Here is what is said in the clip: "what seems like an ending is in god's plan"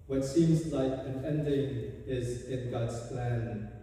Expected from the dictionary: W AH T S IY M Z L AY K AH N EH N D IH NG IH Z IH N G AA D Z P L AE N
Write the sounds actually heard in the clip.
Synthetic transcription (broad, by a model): W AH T S IY M Z L AY K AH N EH N D IH NG IH Z IH N G AA D Z P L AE N